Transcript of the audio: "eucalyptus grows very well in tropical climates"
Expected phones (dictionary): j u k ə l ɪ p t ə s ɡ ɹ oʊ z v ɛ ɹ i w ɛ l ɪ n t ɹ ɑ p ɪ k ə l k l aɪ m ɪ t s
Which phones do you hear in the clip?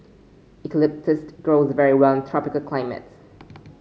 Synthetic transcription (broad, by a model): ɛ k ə l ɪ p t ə s ɡ ɹ oʊ z v ɛ ɹ i w ɛ l ɪ n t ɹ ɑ p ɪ k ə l k l aɪ m ɪ t s